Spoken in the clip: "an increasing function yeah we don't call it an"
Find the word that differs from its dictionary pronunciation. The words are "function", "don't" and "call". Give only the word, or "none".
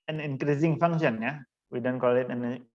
function